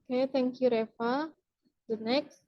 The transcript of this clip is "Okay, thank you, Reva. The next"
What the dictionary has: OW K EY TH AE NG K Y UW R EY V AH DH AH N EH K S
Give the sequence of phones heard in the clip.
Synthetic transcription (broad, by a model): K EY T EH NG K Y UW R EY F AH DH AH N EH K S